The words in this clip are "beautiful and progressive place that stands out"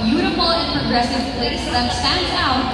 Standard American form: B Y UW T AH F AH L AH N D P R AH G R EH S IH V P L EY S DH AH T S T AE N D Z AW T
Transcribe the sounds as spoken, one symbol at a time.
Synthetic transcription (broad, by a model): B Y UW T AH F L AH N P R AH G R EH S IH V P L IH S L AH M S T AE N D AW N